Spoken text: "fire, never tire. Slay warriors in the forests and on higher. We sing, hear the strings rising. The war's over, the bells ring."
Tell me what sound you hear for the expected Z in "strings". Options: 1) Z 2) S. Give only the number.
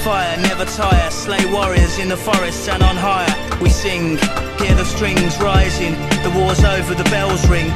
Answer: 1